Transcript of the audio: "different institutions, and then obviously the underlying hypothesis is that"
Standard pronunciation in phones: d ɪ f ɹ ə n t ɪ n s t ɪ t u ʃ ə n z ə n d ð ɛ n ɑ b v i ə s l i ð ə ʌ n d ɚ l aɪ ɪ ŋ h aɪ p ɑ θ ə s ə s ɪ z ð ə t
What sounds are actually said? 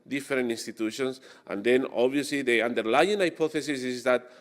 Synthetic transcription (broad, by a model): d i f ɹ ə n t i n s t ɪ t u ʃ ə n s ə n d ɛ n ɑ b i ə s l i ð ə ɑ n d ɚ l aɪ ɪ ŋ aɪ p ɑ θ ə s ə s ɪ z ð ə t